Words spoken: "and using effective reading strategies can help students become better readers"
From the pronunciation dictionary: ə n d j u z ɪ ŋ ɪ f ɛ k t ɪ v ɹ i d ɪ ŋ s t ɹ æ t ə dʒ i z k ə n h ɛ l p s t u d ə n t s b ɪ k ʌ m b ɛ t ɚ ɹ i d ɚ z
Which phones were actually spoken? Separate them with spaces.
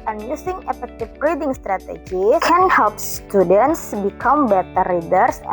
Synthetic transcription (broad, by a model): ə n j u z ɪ ŋ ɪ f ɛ k t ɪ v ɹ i d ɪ ŋ s t ɹ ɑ t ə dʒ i k ə n h ɛ l p s t u d ə n t s b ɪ k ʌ m b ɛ t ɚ ɹ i d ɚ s